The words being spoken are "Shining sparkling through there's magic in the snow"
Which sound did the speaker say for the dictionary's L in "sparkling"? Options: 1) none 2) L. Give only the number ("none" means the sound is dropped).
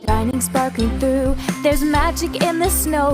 1